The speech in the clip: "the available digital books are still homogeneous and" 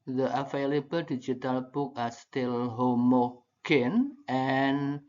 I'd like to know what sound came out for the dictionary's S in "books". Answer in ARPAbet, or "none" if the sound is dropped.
none